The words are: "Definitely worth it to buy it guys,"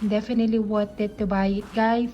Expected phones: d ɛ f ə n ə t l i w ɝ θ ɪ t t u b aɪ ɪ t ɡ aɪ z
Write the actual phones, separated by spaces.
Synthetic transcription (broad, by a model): d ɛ f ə n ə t l i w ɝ t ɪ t t u b aɪ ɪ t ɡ aɪ